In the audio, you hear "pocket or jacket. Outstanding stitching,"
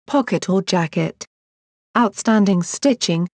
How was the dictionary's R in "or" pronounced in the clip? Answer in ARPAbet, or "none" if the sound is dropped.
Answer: L